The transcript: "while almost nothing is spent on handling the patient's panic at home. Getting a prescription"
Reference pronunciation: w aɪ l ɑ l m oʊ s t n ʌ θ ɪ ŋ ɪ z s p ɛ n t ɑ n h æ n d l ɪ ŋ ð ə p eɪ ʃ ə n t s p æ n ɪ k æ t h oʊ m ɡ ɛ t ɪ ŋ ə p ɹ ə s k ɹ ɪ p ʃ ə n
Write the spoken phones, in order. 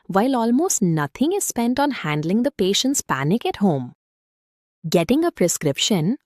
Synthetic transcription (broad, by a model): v aɪ l ɑ l m oʊ s t n ʌ t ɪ ŋ ɪ z s p ɛ n t ɑ n h æ n d l ɪ ŋ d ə p eɪ ʃ ə n t s p æ n ɪ k æ t h oʊ m ɡ ɛ t ɪ ŋ ə p ɹ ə s k ɹ ɪ p ʃ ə n